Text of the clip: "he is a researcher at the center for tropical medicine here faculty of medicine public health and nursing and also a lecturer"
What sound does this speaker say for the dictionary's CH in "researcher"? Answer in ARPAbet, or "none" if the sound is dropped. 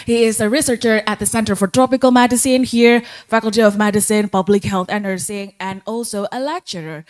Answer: CH